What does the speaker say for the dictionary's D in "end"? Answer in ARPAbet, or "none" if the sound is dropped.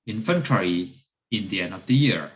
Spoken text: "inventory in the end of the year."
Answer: D